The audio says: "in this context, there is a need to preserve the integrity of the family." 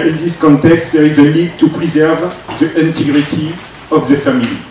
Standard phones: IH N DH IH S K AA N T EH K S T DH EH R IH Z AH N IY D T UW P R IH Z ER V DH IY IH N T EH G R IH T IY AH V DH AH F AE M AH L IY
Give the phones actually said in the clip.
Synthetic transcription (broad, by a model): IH N DH IH S K AA N T EH K S T DH EH R IH Z AH L IY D T UW P R IH Z ER V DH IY IH N T EH G R IH T IY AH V DH AH F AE M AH L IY